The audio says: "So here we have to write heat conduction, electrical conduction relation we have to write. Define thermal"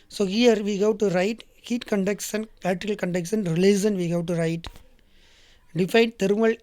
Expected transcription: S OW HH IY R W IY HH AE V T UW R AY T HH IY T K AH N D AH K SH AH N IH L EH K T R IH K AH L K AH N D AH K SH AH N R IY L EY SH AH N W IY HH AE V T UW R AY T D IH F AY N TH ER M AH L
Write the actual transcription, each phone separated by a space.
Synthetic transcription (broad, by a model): S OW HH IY R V IY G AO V T UW R AY T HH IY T K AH N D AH K S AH N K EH T IH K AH L K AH N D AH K S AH N R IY L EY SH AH N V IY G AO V T UW R AY T D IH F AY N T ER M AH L